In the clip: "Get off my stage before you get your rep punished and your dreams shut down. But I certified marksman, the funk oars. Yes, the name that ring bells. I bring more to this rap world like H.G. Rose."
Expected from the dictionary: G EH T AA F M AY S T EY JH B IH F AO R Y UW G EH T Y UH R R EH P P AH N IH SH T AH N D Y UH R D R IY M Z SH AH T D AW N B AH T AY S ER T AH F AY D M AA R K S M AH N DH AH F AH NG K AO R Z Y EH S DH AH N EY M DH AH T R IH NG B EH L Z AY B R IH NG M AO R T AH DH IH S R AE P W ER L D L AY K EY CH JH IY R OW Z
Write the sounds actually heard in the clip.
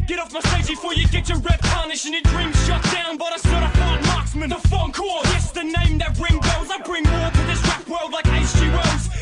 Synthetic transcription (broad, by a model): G EH T AA F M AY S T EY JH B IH F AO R Y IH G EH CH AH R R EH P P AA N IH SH AH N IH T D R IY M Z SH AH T D AW N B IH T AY S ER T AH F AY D M AA R K S M AH N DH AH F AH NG K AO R Y EH S DH AH N EY M DH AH T R IH NG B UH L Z AY B R IH NG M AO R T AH DH IH S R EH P W ER L D L AY K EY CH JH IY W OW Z